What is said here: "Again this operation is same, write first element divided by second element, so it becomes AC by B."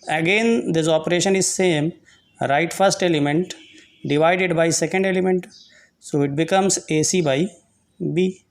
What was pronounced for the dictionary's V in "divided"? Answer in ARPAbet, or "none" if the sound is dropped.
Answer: V